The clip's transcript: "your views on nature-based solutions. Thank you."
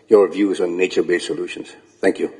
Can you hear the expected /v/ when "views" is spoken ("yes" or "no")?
yes